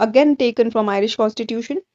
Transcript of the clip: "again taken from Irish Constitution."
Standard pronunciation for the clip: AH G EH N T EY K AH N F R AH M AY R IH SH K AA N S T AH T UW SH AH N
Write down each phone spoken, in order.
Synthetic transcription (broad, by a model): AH G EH N T EY K AH N F R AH M AY R IH SH K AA N S T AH T UW SH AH N